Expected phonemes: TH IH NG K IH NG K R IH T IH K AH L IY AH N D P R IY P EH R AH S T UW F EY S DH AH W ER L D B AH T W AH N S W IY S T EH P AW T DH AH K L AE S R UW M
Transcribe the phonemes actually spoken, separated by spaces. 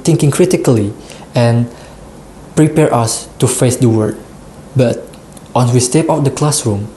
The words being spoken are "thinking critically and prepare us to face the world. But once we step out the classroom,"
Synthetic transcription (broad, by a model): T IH NG K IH NG K R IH T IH K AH L IY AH N P R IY P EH R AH S T UW F EY S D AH W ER D B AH T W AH N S W IY S T EH P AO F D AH K L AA S R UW M